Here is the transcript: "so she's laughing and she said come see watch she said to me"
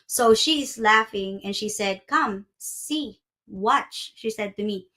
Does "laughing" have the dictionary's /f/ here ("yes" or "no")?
yes